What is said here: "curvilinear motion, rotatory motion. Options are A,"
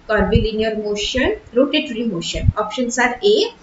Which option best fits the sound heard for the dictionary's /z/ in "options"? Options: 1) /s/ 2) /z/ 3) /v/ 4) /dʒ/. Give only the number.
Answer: 1